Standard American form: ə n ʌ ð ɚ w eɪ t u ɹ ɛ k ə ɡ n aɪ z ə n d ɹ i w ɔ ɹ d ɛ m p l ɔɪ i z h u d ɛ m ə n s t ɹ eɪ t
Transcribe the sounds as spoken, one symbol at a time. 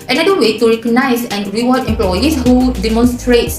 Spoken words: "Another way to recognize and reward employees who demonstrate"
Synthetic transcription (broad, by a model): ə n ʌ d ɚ w eɪ t u ɹ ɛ k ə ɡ n aɪ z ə n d ɹ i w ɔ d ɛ m p l ɔɪ i s h u d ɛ m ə n s t ɹ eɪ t